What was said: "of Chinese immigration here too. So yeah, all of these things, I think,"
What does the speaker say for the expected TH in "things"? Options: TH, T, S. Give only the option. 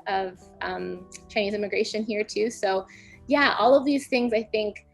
TH